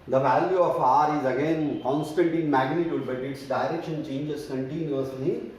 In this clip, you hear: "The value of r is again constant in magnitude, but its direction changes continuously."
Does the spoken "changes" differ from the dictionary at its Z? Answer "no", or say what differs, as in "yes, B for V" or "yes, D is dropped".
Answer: yes, S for Z